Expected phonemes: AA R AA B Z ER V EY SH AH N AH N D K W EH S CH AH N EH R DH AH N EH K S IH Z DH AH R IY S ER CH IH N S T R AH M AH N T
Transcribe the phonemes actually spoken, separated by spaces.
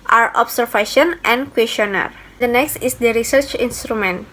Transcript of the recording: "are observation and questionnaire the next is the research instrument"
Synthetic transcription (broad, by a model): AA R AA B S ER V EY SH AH N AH N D K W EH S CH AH N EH R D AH N EH K S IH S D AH R IY S ER CH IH N S T R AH M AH N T